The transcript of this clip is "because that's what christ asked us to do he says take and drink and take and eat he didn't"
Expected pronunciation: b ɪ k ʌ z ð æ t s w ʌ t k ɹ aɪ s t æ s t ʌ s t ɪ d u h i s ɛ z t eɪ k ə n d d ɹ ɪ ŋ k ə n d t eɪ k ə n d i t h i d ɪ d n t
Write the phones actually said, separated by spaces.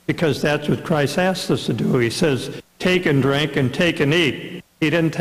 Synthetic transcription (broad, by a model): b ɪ k ʌ z ð æ t s w ʌ t k ɹ aɪ s t æ s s ʌ s t ɪ d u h i s ɛ z t eɪ k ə n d d ɹ ɪ ŋ k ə n t eɪ k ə n i t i d ɪ d n t